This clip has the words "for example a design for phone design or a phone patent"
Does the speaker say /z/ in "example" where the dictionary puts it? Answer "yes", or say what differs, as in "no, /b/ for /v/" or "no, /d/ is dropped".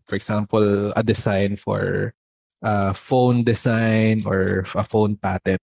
no, /s/ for /z/